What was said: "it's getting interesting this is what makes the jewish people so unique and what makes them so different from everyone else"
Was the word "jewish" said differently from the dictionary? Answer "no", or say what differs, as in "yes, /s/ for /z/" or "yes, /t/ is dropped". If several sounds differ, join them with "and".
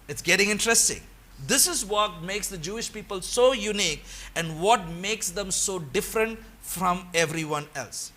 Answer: no